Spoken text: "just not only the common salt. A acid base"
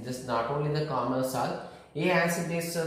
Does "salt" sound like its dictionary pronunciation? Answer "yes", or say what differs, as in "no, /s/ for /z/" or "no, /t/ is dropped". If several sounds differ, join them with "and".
no, /t/ is dropped